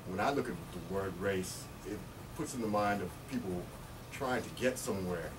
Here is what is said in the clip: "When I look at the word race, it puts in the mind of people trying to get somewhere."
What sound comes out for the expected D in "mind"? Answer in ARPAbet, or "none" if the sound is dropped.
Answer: D